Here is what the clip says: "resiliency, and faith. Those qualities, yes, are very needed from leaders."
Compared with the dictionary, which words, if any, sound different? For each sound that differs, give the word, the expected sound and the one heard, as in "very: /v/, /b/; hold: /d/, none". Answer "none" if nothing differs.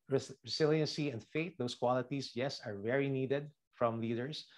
faith: /θ/, /t/; those: /z/, /s/; qualities: /z/, /s/